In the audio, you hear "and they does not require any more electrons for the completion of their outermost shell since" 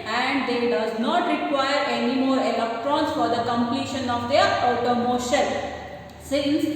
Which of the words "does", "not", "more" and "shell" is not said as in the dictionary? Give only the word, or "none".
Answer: shell